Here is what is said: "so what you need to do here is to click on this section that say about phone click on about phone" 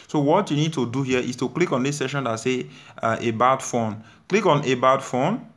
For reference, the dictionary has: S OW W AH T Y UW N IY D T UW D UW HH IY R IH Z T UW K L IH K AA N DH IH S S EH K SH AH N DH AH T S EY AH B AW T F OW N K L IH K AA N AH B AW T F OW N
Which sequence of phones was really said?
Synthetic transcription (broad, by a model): S OW W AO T Y UW N IY D T UW D UW HH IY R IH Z T UW K L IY K AA N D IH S S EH SH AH N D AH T S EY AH B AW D F OW N K L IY K AA N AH B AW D F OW N